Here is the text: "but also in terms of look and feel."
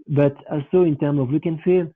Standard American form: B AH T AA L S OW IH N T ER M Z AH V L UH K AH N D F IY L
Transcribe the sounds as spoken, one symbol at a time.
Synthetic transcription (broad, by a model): B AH T AA L S OW IH N T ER M AH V W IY K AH N F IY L